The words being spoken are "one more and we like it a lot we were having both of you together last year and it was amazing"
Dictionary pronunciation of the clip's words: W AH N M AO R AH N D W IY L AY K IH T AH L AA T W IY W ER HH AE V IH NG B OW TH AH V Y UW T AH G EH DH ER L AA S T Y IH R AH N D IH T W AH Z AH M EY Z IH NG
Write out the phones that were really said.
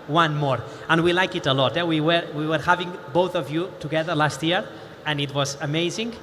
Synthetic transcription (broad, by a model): W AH N M AO R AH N W IY L AY K IH T AH L AA T W IY W ER HH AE V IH NG B OW TH AH V Y UW T AH G EH DH ER L AA S T Y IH R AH N IH T W AH Z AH M EY Z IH NG